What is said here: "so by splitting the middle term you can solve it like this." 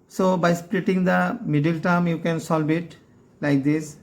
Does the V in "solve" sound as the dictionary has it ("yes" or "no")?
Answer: no